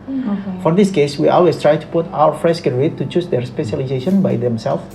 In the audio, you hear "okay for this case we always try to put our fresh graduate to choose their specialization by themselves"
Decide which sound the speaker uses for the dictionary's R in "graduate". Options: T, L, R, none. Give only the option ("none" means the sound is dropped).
none